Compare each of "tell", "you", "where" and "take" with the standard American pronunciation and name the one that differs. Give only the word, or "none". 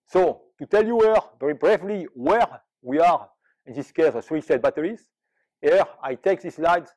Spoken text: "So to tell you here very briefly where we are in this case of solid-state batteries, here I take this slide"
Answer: none